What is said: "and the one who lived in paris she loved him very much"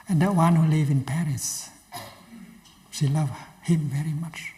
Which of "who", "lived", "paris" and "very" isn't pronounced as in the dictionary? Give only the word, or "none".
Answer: lived